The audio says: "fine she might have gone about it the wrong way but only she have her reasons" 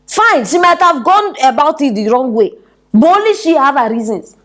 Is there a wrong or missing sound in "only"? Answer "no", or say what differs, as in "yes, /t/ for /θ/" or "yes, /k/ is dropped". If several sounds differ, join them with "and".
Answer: yes, /n/ is dropped